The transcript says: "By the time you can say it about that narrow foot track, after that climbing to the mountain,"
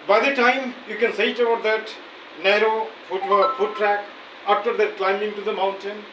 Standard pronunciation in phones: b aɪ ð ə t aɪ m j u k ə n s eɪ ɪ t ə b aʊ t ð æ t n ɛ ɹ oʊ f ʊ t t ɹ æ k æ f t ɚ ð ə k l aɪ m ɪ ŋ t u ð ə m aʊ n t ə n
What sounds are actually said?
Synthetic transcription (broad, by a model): b aɪ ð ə t aɪ m j u k ə n s eɪ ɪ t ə ʌ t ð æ t n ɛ ɹ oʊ f ʊ t t ɹ æ k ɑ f t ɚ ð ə k l aɪ m ɪ ŋ t u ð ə m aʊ n t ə n